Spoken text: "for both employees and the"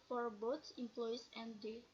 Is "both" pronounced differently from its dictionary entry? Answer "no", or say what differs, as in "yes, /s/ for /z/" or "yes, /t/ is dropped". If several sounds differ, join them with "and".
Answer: yes, /s/ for /θ/